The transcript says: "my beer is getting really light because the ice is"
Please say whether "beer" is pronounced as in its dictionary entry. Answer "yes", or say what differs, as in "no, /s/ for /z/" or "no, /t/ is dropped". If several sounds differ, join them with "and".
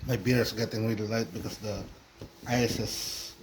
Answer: yes